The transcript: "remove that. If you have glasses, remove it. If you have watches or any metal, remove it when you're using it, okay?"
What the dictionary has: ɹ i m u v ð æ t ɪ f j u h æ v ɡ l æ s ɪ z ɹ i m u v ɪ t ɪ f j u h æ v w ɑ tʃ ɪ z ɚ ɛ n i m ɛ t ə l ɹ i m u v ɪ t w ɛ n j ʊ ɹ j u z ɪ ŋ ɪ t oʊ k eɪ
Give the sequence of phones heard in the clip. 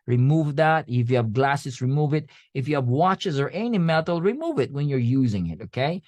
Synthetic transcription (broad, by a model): ɹ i m u v ð æ t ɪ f j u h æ v ɡ l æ s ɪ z ɹ i m u v ɪ t ɪ f j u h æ v w ɑ tʃ ɪ z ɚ ɛ n i m ɛ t l ɹ i m u v ɪ t w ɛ n j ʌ ɹ j u z ɪ ŋ ɪ t oʊ k eɪ